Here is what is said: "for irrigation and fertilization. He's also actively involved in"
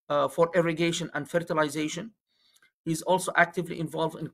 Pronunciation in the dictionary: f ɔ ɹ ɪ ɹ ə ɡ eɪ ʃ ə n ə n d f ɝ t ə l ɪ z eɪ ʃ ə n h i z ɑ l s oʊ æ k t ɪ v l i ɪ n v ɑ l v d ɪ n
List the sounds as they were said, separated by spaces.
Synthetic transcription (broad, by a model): f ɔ ɹ ɪ ɹ ə ɡ eɪ ʃ ə n ə n d f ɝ t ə l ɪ z eɪ ʃ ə n h i z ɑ l s oʊ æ k t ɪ v l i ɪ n v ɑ l v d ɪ n